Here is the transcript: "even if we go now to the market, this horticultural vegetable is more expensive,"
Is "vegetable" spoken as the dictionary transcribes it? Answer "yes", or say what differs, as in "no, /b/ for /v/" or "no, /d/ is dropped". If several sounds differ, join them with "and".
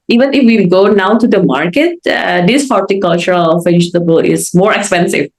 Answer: no, /f/ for /v/